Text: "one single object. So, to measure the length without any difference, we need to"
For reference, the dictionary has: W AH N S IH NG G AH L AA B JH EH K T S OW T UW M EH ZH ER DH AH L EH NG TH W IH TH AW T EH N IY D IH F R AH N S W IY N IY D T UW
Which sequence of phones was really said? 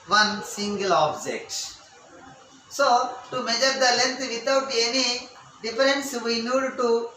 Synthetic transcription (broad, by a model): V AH N S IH NG G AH L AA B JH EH K T S OW T UW M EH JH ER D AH L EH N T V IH T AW T EH N IY D IH F R AH N S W IY N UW D T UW